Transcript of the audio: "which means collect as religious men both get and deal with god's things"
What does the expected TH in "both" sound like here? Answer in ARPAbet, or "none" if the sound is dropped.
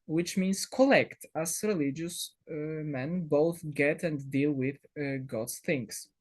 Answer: TH